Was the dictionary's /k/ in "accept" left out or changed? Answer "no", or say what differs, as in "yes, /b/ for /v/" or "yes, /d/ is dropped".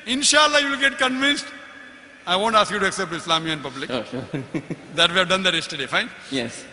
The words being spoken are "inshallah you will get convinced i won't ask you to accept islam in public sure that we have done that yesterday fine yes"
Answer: no